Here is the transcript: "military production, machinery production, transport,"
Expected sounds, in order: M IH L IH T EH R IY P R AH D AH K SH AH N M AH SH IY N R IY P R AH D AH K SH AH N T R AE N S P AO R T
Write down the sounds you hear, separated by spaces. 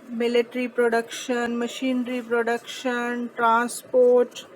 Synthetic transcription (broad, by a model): M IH L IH T R IY P R AH D AH K SH AH N M AH SH IY N R IY P R AH D AH K SH AH N T R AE N S P AO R T